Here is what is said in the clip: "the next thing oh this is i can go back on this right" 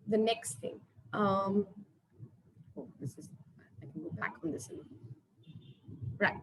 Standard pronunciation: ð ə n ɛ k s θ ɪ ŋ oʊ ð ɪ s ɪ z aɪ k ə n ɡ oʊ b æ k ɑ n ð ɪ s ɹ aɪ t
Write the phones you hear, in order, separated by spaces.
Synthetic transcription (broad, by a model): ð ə n ɛ k s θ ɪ ŋ oʊ ð ɪ s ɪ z aɪ k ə n ɡ oʊ b æ k n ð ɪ s ɹ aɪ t